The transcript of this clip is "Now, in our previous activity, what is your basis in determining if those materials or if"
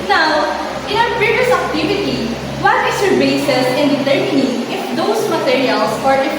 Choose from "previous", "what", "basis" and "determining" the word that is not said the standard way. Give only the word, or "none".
previous